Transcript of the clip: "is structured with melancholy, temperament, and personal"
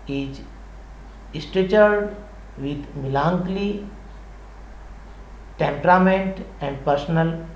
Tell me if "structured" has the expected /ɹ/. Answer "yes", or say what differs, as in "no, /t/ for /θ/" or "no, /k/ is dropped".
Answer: no, /ɹ/ is dropped